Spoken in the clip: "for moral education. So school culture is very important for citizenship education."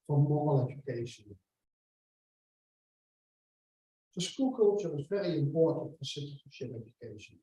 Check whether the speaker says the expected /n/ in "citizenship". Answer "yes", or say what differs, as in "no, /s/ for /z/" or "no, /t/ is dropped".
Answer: no, /n/ is dropped